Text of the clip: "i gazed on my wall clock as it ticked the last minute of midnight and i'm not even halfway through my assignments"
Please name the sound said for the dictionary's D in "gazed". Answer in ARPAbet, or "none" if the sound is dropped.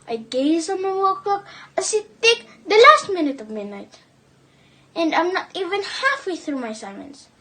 none